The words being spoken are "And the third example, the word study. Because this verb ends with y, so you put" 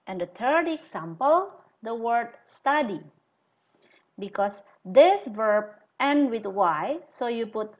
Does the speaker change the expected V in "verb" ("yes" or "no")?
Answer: no